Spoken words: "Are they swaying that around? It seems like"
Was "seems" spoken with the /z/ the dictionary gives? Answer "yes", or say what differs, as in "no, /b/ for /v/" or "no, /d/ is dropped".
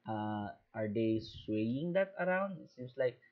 no, /s/ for /z/